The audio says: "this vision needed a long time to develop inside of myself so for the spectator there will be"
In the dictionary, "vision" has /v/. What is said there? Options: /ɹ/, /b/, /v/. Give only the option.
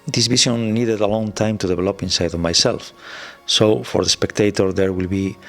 /b/